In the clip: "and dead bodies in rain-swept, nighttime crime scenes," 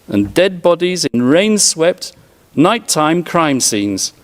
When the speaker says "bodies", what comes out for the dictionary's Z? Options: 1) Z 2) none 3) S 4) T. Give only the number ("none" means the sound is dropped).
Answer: 1